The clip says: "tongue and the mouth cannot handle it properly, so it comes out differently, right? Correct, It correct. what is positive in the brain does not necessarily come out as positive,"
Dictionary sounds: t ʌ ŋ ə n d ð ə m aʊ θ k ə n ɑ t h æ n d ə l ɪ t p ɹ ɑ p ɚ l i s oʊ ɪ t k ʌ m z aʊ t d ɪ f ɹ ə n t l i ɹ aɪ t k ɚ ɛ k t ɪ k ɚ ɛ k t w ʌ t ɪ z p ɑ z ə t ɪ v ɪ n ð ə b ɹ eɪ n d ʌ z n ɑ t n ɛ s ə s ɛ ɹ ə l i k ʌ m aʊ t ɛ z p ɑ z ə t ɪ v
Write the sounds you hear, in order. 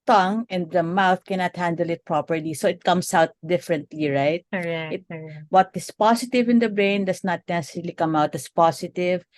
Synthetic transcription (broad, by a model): t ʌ ŋ ə n d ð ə m aʊ θ k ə n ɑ t h æ n d ə l ɪ t p ɹ ɑ p ɚ l i s oʊ ɪ t k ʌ m s aʊ t d ɪ f ɹ ə n t l i ɹ aɪ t t ɪ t w ʌ t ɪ s p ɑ s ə t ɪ v ɪ n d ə b ɹ eɪ n d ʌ s n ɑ t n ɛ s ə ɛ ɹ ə l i k ʌ m aʊ t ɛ s p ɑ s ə t ɪ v